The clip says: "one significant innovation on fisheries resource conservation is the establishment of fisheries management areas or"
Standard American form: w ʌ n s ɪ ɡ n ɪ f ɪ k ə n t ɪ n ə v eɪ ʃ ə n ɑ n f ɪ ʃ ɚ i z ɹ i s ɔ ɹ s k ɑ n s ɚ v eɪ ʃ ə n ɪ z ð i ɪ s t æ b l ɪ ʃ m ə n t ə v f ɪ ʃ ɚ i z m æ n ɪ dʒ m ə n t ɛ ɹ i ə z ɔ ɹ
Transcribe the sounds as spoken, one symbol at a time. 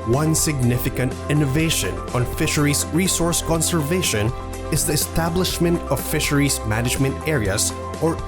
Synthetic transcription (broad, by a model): w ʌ n s ɪ ɡ n ɪ f ɪ k ə n t ɪ n ə v eɪ ʃ ə n ɑ n f ɪ ʃ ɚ i s ɹ i s ɔ ɹ s k ɑ n s ɚ v eɪ ʃ ə n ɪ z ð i ɪ s t æ b l ɪ ʃ m ə n t ə v f ɪ ʃ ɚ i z m æ n ɪ dʒ m ə n t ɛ ɹ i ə s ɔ ɹ